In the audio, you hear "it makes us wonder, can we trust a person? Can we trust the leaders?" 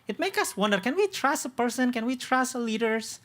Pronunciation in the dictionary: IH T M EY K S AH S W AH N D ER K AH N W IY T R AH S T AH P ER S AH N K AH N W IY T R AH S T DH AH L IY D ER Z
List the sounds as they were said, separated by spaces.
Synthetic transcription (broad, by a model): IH T M EY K AH S W AH N D ER K AH N W IY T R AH S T AH P ER S AH N K AH N W IY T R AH S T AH L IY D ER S